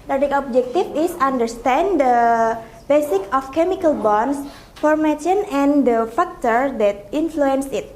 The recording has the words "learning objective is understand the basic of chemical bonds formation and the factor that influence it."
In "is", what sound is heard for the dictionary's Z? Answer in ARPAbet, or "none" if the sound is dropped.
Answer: S